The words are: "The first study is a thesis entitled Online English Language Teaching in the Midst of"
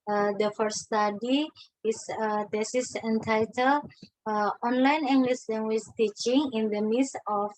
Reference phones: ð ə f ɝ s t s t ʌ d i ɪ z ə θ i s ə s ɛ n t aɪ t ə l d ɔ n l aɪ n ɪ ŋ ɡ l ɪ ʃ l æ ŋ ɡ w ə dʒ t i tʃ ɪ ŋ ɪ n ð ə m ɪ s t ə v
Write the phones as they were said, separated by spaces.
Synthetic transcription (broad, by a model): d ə f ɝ t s t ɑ d i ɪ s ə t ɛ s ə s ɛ n t aɪ t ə l ɔ n l aɪ n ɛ ŋ ɡ l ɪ s l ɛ ŋ ɡ w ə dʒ t i tʃ ɪ ŋ ɪ n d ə m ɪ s ə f